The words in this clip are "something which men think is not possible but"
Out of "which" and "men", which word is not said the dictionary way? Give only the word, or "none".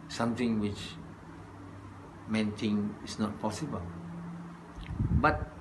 none